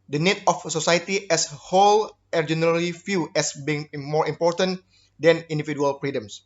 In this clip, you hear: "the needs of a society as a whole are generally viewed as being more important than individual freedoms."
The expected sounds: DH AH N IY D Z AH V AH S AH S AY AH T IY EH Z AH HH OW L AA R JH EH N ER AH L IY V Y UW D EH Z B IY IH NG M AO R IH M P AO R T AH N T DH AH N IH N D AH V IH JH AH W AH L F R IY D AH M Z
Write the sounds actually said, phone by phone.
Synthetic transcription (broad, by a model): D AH N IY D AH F S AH S AY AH T IY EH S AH HH OW L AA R JH EH N ER AH L IY F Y UW EH S B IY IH NG M AO R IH M P AO R T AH N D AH N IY N D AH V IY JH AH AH L F R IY D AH M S